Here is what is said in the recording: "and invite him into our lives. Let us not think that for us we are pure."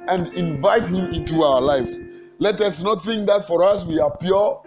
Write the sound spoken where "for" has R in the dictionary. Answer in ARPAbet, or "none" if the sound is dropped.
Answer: R